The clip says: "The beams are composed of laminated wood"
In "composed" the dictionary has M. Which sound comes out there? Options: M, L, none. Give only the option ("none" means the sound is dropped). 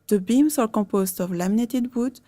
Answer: none